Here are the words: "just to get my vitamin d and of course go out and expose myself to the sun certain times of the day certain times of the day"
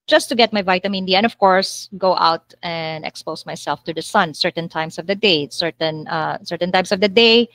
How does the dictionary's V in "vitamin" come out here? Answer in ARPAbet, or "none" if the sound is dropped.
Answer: V